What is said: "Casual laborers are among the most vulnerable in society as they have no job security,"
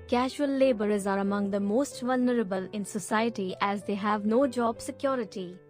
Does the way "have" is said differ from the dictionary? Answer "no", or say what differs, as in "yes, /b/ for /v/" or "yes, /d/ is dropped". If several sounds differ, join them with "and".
no